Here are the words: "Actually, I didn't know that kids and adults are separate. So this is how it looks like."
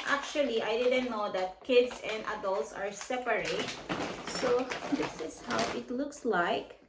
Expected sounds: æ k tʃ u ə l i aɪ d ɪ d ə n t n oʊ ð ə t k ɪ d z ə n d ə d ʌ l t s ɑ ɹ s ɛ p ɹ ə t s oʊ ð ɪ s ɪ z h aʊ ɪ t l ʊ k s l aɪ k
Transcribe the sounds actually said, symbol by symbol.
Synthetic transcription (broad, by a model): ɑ k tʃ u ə l i aɪ d ɪ d ə n t n oʊ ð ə t k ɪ d s ə n d ə d ʌ l t s ɑ ɹ s ɛ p ɹ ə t s oʊ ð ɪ s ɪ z h aʊ ɪ t l ʊ k s l aɪ k